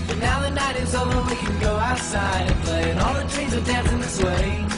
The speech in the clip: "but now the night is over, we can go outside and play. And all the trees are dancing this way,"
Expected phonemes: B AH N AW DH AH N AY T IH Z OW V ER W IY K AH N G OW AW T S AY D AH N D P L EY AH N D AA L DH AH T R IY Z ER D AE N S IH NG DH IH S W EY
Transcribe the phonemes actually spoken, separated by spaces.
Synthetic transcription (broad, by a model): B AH N AW DH AH N AY T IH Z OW ER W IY K AH N G OW AW T S AY D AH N P L EY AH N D AA L DH AH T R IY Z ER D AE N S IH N DH IH S W EY